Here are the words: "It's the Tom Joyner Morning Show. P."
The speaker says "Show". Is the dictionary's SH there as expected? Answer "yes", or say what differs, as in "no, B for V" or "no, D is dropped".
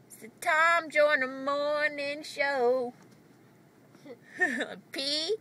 yes